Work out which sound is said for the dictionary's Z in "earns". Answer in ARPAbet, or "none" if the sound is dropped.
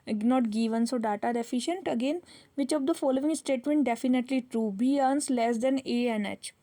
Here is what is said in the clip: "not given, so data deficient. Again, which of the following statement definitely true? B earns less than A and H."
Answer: S